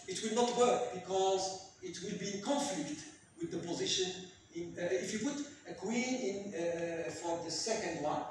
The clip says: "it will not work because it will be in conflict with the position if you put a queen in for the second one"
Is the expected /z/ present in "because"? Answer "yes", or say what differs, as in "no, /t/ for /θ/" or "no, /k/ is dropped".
yes